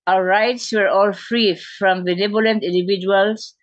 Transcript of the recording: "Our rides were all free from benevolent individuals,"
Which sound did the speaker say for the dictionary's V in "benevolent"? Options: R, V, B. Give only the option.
B